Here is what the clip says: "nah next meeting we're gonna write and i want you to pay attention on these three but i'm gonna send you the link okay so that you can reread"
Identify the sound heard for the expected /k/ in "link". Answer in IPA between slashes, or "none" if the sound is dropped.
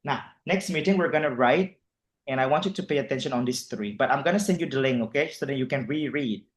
none